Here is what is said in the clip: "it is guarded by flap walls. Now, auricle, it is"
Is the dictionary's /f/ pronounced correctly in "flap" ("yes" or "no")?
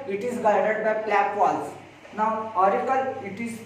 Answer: no